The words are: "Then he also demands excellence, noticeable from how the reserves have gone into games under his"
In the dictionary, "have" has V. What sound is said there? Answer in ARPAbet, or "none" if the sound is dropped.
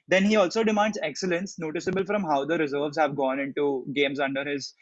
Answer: V